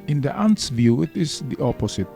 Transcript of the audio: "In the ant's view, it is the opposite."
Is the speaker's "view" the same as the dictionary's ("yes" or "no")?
yes